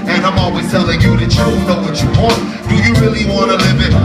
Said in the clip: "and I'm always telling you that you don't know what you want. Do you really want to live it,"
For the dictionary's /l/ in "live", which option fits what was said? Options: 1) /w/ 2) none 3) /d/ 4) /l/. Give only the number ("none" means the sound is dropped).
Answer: 4